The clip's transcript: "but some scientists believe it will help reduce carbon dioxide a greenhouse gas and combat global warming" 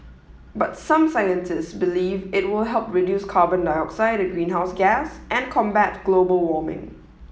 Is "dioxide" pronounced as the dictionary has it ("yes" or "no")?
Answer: yes